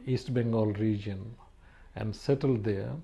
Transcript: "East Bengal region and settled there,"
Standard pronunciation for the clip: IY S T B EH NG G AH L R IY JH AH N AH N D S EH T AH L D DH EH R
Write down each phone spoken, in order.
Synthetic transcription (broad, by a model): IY S T B EH NG G AH L R IY JH AH N AH N D S EH T AH L D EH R